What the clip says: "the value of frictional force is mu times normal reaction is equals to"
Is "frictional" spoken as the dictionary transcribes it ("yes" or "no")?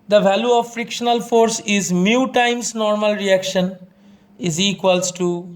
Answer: yes